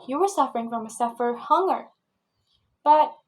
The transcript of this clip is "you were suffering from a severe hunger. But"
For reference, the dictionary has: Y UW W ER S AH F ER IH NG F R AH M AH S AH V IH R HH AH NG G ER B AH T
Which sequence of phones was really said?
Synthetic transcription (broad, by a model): Y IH W ER S AH F ER IH NG F R AH M AH S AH F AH R HH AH NG ER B AH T